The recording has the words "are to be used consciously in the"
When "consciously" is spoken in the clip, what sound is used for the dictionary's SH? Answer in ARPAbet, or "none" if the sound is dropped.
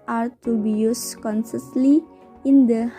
S